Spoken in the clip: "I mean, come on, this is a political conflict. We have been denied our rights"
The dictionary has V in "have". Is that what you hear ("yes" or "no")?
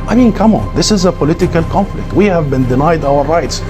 yes